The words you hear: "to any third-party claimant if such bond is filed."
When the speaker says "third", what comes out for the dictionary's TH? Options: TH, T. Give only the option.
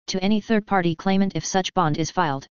TH